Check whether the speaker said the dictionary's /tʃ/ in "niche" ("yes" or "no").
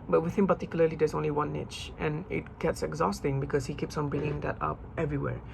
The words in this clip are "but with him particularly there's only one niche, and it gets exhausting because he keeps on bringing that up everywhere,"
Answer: yes